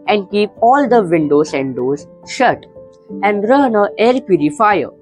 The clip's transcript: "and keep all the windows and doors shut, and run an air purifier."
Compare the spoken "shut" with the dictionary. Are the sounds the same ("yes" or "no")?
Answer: yes